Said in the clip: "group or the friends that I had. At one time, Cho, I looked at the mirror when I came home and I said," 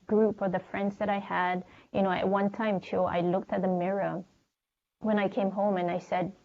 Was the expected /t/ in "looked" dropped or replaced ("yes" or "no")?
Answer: no